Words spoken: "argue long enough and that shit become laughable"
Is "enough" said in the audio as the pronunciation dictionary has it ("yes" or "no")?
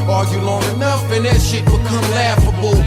yes